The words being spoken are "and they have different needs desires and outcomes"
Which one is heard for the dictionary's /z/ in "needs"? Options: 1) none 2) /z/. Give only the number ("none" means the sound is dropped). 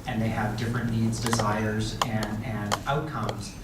2